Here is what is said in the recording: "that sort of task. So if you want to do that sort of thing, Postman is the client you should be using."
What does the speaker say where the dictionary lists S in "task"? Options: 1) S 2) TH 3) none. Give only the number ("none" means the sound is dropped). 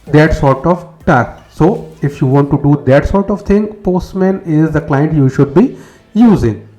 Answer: 3